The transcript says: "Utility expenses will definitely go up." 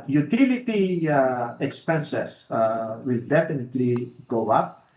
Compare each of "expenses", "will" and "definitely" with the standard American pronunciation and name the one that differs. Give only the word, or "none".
expenses